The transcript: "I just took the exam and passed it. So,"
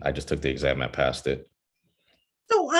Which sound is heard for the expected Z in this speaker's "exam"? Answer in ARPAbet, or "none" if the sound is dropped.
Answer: Z